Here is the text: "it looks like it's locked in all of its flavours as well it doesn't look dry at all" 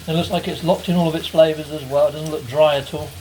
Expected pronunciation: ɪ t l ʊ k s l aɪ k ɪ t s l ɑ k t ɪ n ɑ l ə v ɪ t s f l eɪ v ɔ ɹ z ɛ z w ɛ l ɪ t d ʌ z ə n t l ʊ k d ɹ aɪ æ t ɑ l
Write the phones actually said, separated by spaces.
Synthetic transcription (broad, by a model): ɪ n l ʊ k s l aɪ k ɪ t s l ɑ k t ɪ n ɑ l ə v ɪ t s f l eɪ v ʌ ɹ z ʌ z w ɛ l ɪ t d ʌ z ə n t l ʊ k d ɹ aɪ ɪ t ɑ l